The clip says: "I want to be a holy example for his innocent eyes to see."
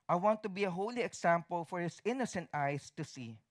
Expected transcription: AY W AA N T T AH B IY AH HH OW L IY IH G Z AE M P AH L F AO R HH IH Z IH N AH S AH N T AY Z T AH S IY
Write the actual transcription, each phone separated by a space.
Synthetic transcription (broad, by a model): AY W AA N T T AH B IY AH HH OW L IY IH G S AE M P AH L F AO R HH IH S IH N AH S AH N T AY S T AH S IY